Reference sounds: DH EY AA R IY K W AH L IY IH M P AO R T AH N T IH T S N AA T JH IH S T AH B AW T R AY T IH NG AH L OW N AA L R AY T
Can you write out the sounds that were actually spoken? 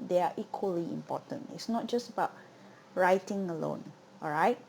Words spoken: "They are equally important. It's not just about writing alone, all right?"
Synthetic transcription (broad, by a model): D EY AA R IY K W AH L IY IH M P AO T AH N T IH T S N AA T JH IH S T AH B AW T R AY T IH NG AH L OW N AA L R AY T